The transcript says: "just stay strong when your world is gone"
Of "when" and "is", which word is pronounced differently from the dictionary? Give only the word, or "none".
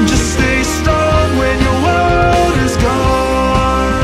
none